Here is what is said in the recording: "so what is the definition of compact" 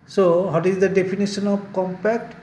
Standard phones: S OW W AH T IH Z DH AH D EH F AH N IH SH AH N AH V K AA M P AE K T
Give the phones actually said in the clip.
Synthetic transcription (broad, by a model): S OW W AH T IH Z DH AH D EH P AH N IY S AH N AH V K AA M P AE K T